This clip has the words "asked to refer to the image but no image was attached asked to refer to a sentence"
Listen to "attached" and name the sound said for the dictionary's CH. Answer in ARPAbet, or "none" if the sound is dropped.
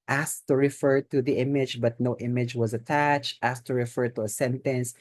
CH